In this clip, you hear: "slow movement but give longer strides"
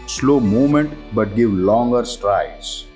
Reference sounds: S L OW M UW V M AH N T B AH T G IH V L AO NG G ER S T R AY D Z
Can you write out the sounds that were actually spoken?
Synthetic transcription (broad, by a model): S L OW M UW M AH N T B AH T G IH V L AO NG G ER S T R AY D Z